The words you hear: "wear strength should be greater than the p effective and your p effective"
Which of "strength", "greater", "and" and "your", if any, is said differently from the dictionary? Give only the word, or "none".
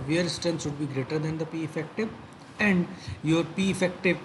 strength